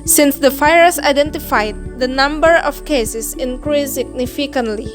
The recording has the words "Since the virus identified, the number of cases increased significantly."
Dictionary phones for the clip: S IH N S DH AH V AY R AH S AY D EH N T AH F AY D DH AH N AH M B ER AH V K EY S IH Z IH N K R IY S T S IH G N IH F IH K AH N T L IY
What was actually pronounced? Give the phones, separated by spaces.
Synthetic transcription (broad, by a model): S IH N S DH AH F AY AH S AY D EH N T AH F AY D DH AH N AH M B ER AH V K EY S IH S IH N K R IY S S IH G N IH F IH K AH N T L IY